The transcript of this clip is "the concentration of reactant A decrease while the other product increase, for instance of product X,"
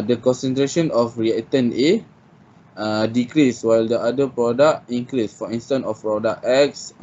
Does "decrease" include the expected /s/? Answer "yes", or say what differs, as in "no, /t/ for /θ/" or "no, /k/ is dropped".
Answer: yes